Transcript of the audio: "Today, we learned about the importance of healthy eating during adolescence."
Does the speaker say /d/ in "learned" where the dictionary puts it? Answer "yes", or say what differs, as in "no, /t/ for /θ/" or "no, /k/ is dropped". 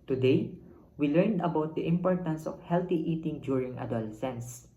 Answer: yes